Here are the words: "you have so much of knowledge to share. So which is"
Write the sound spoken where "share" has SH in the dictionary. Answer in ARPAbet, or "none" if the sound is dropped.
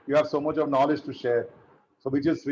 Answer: SH